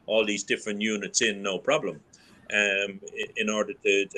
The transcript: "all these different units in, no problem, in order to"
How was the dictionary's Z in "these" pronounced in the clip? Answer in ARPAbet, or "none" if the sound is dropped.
Z